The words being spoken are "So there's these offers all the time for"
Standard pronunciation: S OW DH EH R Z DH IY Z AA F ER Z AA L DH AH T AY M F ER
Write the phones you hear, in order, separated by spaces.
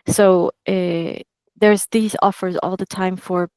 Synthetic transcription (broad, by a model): S OW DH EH R Z DH IY Z AA F ER Z AA L DH AH T AY M F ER